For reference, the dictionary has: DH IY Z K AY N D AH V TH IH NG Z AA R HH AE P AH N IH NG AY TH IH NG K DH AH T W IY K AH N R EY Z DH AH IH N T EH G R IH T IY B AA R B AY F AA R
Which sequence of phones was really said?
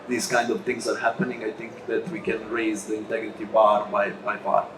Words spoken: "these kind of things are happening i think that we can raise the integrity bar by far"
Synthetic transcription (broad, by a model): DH IY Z K AY N D AH V T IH NG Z AA R HH AE P AH N IH NG AY T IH NG K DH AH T W IY K AH N R EY Z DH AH IH N T EH G R IH T IY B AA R B AY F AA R